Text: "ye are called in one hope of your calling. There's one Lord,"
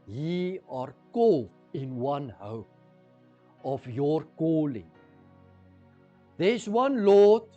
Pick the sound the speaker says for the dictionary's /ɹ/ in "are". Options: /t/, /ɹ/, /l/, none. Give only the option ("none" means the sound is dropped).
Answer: /ɹ/